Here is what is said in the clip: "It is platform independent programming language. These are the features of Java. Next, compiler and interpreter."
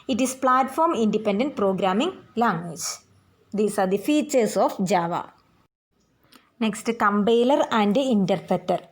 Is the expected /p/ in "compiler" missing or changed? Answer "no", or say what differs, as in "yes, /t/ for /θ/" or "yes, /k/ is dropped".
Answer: yes, /b/ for /p/